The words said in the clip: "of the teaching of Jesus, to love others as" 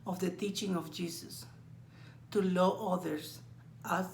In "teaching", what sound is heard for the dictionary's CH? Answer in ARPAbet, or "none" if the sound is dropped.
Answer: CH